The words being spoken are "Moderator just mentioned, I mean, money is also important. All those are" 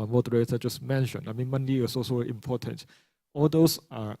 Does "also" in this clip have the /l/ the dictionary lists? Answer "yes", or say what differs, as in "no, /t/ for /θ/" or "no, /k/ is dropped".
no, /l/ is dropped